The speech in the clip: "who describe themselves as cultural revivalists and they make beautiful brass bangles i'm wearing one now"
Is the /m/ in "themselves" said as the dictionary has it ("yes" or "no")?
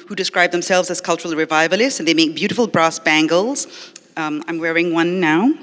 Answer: yes